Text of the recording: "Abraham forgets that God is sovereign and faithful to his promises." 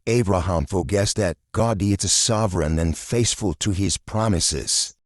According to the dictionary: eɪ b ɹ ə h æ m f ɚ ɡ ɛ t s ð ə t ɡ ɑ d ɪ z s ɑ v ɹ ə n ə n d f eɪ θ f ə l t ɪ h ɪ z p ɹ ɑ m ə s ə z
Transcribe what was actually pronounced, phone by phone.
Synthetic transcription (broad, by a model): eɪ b ɹ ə h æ m f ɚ ɡ ɛ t s ð ə t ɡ ɑ d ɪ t s ɑ v ɹ ə n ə n f eɪ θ f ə l t ɪ ɪ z p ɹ ɑ m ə s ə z